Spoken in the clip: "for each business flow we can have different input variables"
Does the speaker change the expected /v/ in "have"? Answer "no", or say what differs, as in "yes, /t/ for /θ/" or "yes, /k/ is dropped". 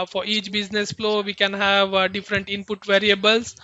no